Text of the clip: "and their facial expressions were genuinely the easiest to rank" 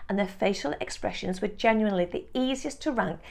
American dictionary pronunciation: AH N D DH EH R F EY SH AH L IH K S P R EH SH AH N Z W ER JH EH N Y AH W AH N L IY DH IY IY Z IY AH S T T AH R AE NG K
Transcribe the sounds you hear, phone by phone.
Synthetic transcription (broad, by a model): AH N DH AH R F EY SH AH L IH K S P R EH SH AH N Z W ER JH EH N Y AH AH N L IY DH IY IY Z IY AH S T T AH R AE NG K